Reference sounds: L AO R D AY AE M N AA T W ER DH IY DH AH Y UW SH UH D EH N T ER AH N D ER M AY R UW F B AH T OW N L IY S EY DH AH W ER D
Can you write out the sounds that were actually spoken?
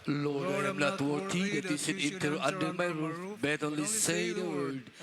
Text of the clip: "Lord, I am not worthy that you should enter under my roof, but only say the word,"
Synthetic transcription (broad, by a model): L AO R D AY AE M N AA T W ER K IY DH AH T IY S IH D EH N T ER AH N D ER M AY R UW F B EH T OW N L IY S EY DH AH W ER D